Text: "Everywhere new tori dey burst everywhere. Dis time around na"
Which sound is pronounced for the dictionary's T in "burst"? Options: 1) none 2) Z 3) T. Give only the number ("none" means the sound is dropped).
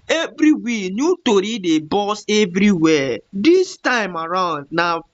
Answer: 1